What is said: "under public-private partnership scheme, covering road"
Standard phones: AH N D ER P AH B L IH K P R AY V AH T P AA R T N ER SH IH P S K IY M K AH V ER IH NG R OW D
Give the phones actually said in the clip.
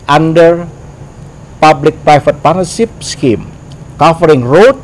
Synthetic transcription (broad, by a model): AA N D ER P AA B L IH K P R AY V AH T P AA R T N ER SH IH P S K IY M K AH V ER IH NG R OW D